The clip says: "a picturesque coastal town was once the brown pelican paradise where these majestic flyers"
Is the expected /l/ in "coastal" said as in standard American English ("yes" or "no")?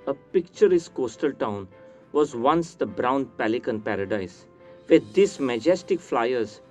yes